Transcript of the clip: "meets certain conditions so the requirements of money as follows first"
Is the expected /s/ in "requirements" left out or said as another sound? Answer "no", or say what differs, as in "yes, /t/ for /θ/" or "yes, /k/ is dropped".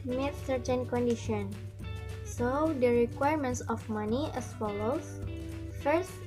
no